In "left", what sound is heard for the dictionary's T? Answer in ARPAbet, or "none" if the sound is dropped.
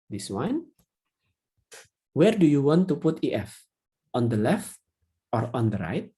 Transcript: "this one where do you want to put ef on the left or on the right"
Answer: T